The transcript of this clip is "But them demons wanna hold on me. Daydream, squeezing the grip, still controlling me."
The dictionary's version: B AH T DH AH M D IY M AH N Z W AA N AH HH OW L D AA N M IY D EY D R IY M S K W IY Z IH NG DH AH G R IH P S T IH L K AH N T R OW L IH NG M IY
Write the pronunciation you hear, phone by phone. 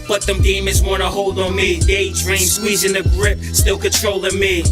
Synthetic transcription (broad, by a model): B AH T DH AH M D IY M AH Z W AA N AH HH OW L D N M IY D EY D R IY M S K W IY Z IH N DH AH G R IH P S T IH L K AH N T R OW L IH M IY